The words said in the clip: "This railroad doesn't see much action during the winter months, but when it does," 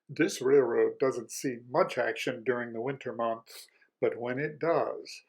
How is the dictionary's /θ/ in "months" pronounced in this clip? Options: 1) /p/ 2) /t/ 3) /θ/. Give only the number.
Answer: 3